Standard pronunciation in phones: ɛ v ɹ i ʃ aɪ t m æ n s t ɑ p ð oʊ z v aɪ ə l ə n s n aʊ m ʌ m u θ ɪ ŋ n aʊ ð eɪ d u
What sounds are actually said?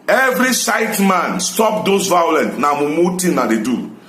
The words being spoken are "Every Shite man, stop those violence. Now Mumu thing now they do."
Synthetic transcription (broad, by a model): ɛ v ɹ i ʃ aɪ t m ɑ n s t ɑ p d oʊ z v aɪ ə l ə n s n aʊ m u m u t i n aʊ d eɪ d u